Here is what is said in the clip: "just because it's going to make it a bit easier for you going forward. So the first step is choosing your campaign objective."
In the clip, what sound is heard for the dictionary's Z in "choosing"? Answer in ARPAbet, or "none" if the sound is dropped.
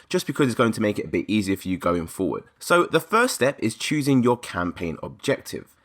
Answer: Z